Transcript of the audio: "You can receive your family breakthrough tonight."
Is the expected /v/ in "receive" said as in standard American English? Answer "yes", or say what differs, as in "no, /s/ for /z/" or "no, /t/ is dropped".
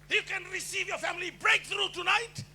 yes